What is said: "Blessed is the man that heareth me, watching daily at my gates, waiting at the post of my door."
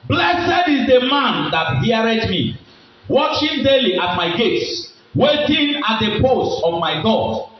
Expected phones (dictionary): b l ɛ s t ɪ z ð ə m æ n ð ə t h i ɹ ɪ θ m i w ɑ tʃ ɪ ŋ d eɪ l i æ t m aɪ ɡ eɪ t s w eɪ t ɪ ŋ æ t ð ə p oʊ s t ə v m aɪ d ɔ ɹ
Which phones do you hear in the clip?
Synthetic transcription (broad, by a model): b l ɛ s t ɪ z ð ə m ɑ n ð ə t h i ɹ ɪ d m i w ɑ tʃ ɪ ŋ d eɪ l i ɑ t m aɪ ɡ eɪ t s w eɪ t ɪ ŋ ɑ t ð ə p oʊ s t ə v m aɪ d ɔ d